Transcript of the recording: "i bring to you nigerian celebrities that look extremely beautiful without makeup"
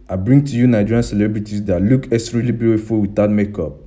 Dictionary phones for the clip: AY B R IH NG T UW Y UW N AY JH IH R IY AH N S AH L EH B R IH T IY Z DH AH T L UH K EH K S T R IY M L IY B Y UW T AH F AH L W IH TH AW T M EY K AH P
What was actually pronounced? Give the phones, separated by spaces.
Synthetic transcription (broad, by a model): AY B R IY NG T UW Y UW N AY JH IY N S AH L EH B R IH T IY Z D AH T L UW K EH S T R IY L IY B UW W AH F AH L W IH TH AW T M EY K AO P